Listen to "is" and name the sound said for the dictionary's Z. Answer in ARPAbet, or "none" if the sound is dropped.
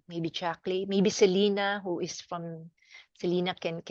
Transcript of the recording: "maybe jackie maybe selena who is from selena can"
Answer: S